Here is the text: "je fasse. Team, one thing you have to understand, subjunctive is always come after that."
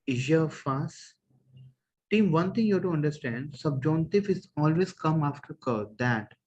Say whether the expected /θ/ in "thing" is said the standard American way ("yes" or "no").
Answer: no